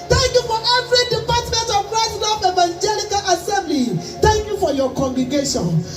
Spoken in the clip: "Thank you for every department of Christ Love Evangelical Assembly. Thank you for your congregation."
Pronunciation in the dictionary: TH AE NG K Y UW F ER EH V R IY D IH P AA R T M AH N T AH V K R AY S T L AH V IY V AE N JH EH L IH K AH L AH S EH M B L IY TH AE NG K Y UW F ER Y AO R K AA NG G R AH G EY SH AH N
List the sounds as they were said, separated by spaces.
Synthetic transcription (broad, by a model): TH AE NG K Y UW F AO EH V R IY D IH P AA T M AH N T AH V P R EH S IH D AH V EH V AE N JH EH L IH K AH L AH S EH M B L IY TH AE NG K Y UW F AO Y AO K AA NG G R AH G EY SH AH N